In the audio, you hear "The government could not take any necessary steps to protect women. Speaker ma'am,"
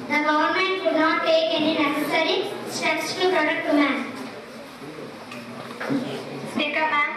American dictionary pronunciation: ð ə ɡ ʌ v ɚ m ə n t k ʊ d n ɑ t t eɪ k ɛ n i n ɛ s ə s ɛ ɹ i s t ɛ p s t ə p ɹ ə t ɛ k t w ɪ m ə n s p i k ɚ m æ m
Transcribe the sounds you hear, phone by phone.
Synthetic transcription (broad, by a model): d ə ɡ ʌ v ɚ m ə n t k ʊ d n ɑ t t eɪ k ɛ n i n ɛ s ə s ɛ ɹ i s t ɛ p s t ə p ɹ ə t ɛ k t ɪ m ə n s i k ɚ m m